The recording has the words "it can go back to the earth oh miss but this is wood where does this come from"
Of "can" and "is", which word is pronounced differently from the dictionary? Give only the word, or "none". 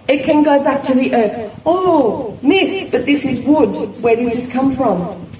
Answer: none